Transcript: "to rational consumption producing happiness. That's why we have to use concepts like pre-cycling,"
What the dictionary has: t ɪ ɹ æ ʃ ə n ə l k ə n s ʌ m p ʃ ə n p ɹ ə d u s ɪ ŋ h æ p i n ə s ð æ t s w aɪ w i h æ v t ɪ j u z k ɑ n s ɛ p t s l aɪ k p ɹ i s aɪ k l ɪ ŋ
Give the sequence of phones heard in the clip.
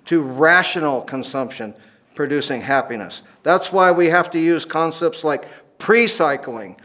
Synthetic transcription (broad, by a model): t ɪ ɹ æ ʃ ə n l k ə n s ʌ m p ʃ ə n p ɹ ə d u s ɪ ŋ h æ p i n ə s ð æ t s w aɪ w i h æ f t ɪ j u z k ɑ n s ɛ p t s l aɪ k p ɹ i s aɪ k l ɪ ŋ